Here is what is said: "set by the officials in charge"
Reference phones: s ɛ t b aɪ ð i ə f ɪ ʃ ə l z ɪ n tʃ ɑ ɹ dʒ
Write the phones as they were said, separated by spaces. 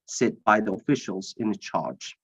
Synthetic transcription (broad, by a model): s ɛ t b aɪ ð i ə f ɪ ʃ ə l z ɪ n tʃ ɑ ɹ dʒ